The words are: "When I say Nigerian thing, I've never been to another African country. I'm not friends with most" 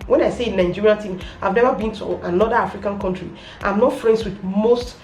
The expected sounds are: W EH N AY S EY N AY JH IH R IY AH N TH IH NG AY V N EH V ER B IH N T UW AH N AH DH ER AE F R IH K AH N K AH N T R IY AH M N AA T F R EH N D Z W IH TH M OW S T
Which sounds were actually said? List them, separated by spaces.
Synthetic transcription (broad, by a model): W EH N AY S EY N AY JH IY R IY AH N T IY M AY V N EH V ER B IH N T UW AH N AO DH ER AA F R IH K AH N K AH N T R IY AH M N AA T F R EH N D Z W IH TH M OW S T